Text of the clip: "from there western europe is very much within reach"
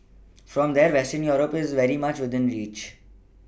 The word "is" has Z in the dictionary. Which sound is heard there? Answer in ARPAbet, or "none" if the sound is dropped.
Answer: Z